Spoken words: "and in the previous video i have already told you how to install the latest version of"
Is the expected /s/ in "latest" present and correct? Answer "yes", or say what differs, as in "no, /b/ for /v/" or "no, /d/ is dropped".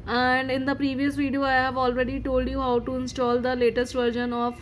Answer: yes